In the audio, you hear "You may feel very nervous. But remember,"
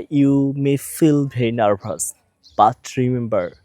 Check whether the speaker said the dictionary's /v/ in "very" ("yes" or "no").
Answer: no